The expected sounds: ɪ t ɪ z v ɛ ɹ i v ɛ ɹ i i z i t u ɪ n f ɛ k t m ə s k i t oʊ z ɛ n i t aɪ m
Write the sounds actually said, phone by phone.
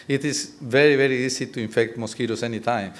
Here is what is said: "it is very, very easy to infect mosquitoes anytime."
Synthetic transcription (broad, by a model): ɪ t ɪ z v ɛ ɹ i v ɛ ɹ i i s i t u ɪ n f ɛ k t m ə s k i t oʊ s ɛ n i t aɪ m